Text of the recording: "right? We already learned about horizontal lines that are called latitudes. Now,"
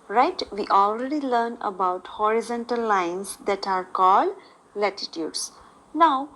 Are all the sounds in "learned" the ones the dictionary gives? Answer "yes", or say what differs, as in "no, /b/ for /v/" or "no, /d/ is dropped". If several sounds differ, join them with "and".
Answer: no, /d/ is dropped